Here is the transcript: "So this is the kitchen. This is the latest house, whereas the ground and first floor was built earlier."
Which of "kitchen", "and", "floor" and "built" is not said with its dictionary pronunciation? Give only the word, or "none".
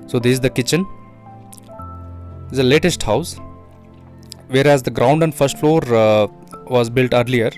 none